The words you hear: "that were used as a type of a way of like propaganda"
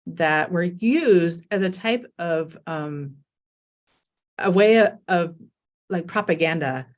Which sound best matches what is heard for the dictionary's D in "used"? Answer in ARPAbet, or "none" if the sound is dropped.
D